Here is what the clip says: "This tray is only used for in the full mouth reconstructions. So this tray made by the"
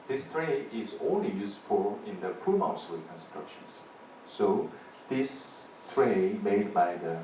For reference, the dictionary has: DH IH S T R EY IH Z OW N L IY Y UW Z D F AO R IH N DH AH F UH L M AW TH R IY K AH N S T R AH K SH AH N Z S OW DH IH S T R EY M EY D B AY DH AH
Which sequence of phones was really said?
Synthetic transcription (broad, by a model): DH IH S T R EY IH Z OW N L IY Y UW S F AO L IH N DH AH P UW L M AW S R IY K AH N S T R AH K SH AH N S S OW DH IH S T R EY M EY D B AY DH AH